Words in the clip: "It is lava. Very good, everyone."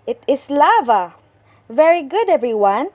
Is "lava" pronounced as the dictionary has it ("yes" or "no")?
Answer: yes